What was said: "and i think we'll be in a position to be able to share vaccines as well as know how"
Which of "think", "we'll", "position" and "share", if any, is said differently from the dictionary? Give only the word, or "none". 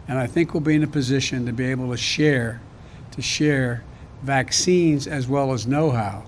none